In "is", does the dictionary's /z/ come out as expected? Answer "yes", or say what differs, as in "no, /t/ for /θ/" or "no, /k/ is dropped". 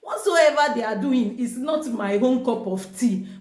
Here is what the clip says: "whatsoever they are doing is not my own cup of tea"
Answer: no, /s/ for /z/